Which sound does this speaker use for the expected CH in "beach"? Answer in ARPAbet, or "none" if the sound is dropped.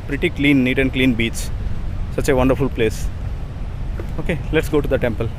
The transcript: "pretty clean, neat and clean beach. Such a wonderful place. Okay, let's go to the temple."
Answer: S